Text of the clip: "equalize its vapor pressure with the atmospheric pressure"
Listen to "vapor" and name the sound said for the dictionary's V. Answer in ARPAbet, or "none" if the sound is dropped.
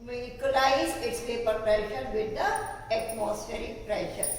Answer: P